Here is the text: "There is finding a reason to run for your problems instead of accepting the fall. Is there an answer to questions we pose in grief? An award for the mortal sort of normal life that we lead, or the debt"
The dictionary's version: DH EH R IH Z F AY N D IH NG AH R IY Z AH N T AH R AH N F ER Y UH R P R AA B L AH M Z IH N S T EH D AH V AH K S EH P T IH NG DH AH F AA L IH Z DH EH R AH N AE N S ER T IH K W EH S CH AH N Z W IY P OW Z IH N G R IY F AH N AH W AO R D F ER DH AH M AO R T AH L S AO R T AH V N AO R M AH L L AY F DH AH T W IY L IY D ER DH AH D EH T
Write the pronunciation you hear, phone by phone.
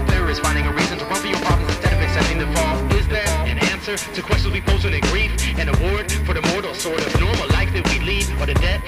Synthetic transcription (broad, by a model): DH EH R IH Z F AY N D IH NG AH R IY Z AH N T AH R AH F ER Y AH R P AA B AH Z IH N S T EH D AH V AH K S EH P T IH NG DH AH F AA L IH Z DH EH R AH N AE N S ER T IH K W EH S CH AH N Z W IY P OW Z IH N G R IY F AH N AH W AO R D F ER DH AH M AO R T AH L S AO R T AH V N AO R M L L AY F DH AH T W IY L IY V ER DH AH D EH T